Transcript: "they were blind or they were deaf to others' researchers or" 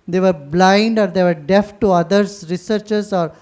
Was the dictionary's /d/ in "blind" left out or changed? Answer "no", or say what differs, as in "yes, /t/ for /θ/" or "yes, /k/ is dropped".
no